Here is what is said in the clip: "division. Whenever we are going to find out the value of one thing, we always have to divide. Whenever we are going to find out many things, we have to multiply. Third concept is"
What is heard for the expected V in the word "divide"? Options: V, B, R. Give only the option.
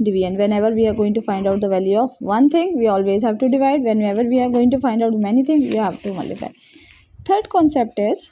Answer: V